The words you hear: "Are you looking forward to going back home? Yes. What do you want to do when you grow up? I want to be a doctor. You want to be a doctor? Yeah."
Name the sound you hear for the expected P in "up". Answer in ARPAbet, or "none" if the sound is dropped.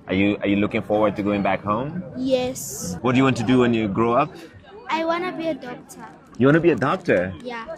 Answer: P